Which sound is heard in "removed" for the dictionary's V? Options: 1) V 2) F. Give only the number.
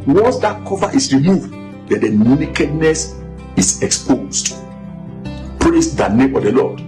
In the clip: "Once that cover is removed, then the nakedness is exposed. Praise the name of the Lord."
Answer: 1